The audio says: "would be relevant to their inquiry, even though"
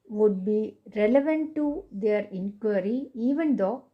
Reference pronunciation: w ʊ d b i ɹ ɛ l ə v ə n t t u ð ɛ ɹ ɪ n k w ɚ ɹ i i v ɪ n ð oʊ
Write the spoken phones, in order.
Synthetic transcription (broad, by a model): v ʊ d b i ɹ ɛ l ə v ə n t t u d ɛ ɹ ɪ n k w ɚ ɹ i i v ɪ n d oʊ